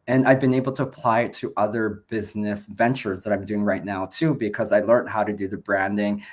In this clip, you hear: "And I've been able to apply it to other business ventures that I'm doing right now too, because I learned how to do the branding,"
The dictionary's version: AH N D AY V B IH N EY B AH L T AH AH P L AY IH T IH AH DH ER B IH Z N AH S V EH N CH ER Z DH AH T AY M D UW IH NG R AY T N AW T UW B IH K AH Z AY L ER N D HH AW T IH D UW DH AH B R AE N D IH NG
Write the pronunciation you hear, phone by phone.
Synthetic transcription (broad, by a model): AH N AY V B IH N EY B L T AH AH P L AY IH T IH AH DH ER B IH Z N AH S V EH N CH ER Z DH AH T AY M D UW IH NG R AY T N AW T UW B IH K AH Z AY L ER N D HH AW T IH D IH DH AH B R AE N D IH NG